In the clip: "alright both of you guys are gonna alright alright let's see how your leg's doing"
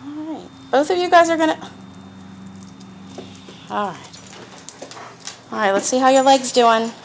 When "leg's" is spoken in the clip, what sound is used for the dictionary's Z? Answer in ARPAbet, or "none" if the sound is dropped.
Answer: Z